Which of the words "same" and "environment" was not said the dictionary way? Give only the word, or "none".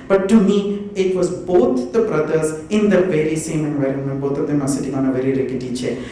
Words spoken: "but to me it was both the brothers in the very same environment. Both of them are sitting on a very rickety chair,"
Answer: none